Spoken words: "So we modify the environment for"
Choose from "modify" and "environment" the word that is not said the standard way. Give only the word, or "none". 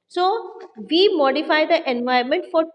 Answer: environment